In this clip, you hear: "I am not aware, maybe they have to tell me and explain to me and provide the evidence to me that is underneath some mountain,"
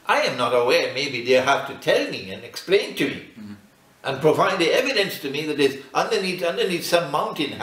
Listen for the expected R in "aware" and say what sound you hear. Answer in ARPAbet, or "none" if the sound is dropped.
R